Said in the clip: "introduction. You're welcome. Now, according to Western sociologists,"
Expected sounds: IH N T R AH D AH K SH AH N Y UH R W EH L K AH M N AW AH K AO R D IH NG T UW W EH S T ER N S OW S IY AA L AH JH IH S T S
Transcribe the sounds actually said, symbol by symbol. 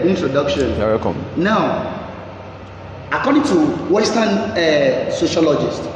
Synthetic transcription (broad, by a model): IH N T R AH D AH K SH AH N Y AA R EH K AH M N AW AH K AO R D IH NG T UW W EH S T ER N S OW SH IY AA L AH JH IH S T